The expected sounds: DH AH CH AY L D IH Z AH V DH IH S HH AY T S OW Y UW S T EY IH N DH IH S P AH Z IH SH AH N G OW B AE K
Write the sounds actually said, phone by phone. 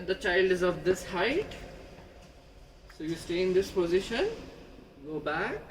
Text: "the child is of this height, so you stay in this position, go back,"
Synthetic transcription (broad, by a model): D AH CH AY L D IH Z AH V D IH S HH AY T S OW Y UW S T EY IH N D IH S P AH Z IH SH AH N G OW B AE K